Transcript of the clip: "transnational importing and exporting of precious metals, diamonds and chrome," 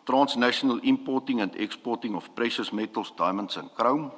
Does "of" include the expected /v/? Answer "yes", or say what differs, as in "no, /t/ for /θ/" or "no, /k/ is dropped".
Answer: no, /f/ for /v/